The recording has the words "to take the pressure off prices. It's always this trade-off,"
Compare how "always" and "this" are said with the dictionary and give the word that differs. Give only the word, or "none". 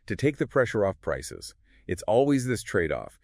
none